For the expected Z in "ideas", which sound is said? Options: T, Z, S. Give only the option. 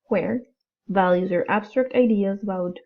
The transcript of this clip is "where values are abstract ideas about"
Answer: Z